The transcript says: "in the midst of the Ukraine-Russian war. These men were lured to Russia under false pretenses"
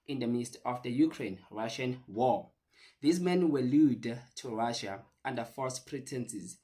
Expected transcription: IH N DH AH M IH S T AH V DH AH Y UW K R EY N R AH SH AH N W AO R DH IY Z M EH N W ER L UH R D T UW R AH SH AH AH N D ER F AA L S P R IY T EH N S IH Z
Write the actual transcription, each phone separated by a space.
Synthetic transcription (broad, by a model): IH N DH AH M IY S T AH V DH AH Y UW K R EY N R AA SH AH N W AO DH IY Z M EH N W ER L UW D T UW R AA SH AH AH N D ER F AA S P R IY T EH N S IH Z